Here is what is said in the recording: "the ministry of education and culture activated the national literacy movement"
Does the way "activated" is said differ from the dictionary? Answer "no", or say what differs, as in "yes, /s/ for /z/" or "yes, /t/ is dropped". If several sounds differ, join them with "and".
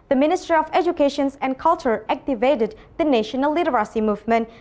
no